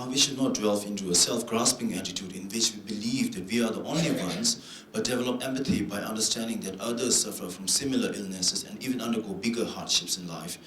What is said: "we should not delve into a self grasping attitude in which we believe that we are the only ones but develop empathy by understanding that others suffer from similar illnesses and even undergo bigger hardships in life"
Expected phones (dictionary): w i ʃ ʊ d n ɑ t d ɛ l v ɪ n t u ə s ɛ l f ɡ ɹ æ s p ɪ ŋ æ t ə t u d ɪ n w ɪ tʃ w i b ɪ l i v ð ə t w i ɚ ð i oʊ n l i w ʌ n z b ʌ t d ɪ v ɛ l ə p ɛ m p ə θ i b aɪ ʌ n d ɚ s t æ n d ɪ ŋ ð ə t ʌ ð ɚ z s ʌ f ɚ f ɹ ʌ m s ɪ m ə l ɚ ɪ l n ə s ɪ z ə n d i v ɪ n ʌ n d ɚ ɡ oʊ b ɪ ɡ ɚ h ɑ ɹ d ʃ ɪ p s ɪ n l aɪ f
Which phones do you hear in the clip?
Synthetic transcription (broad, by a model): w i ʃ ʊ d n ɑ t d ɛ l f ɪ n t u ə s ɛ l f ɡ ɹ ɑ s p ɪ ŋ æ t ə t u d ɪ n w ɪ tʃ w i b ɪ l i v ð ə t w i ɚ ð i oʊ n l i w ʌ n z b ʌ t d ɪ v ɛ l ə p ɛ m p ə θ i b aɪ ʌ n d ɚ s t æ n d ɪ ŋ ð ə t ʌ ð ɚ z s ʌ f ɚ f ɹ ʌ m s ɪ m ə l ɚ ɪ l n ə s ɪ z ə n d i v ɪ n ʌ n d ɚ ɡ oʊ b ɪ ɡ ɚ h ɑ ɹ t ʃ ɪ p s ɪ n l aɪ f